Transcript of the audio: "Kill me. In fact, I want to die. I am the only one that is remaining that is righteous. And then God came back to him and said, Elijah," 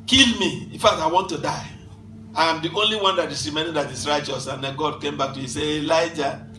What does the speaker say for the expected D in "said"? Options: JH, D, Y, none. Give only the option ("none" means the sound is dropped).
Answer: none